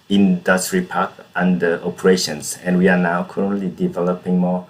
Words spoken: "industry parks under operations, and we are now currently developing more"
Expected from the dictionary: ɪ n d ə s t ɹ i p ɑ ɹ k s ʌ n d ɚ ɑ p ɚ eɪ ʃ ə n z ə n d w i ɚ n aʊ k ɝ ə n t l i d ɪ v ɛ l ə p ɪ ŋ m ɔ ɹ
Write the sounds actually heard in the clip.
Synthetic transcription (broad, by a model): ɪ n d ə s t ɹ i p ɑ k ʌ n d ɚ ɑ p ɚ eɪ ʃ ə n s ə n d w i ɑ n aʊ k ɝ ə n t l i d ɪ v ɛ l ə p ɪ ŋ m ɔ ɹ